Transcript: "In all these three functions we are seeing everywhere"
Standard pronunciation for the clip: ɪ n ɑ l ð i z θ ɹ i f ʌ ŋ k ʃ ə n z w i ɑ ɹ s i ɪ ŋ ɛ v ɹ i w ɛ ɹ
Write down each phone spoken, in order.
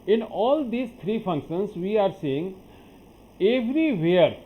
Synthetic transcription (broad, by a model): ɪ n ɑ l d i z t ɹ i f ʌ ŋ k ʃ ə n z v i ɑ ɹ s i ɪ ŋ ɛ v ɹ i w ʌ ɹ